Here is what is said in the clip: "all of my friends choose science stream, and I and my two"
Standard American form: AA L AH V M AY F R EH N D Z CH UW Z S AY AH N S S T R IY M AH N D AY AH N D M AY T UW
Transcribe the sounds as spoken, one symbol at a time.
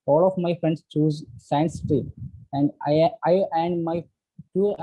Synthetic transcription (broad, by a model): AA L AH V M AY F R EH N D S CH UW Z S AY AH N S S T IY AH N D AY AH N D M AY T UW